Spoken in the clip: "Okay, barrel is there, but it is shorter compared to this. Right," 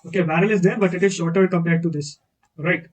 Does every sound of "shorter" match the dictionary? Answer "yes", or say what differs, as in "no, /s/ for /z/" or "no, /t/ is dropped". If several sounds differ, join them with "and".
yes